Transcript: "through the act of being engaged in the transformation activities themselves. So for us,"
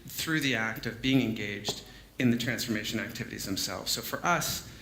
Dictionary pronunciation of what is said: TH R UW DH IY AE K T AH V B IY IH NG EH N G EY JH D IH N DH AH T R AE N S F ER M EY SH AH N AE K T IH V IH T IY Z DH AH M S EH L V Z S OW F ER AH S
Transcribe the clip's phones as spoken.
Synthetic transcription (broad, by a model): TH R UW DH IY AE K T AH V B IY IH NG EH N G EY JH D IH N DH AH T R AE N S F ER M EY SH AH N AE K T IH V IH T IY Z DH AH M S EH L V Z S OW F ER AH S